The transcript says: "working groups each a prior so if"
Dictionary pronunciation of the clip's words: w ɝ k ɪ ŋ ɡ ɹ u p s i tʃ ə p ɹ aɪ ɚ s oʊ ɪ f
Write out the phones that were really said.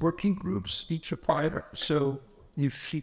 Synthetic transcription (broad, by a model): w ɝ k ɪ ŋ ɡ ɹ u p s i tʃ ə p aɪ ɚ s oʊ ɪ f